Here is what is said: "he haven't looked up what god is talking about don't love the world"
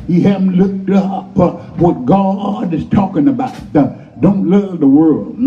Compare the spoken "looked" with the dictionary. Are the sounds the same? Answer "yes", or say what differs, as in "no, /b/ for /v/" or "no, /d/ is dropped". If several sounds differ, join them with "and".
yes